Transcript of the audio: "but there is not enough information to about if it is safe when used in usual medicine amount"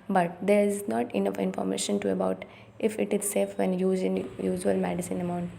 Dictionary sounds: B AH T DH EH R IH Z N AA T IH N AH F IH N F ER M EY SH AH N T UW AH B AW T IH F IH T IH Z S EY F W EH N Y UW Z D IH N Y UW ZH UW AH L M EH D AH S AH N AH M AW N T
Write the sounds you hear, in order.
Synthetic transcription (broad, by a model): B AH T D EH R IH Z N AA T IH N AH F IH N F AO M EY SH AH N T UW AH B AW T IH F IH T IH Z S EY F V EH N Y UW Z IH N Y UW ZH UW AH L M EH D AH S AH N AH M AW N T